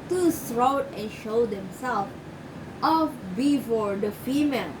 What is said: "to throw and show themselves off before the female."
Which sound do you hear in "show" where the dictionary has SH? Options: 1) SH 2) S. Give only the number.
1